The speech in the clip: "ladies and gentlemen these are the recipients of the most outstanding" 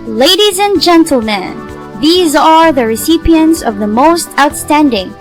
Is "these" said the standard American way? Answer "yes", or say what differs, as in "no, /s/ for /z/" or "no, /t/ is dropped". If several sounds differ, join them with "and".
yes